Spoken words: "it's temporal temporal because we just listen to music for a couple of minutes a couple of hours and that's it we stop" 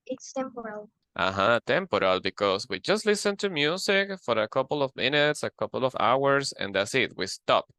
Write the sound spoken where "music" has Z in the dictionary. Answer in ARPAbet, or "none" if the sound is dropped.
S